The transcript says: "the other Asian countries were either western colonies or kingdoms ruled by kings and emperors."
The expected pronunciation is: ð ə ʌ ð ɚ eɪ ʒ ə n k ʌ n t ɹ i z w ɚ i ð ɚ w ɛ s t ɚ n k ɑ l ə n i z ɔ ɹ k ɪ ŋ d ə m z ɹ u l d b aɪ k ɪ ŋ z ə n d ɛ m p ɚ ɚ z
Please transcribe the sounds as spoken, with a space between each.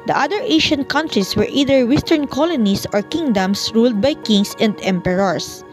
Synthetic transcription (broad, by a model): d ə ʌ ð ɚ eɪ ʃ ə n k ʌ n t ɹ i s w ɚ i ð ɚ w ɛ s t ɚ n k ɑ l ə n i s ɔ ɹ k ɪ ŋ d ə m s ɹ u l d b aɪ k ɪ ŋ s ə n d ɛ m p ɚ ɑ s